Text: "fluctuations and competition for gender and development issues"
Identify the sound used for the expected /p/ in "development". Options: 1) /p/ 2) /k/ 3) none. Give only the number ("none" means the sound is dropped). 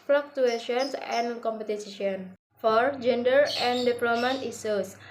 3